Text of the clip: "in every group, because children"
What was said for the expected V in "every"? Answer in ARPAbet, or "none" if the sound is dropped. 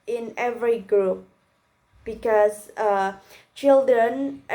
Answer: V